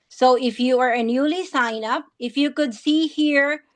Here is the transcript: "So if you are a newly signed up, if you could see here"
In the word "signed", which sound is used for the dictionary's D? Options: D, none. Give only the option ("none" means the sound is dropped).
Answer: none